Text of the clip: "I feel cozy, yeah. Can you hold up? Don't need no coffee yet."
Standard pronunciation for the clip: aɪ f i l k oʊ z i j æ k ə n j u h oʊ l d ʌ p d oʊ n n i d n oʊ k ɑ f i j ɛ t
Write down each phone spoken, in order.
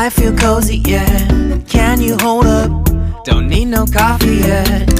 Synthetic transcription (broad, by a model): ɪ f i l k oʊ z i j æ k ə n j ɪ h oʊ l d ʌ p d oʊ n n i d n oʊ k ɑ f i j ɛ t